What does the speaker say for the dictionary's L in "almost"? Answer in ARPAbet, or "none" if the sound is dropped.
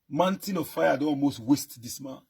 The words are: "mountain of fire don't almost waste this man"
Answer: L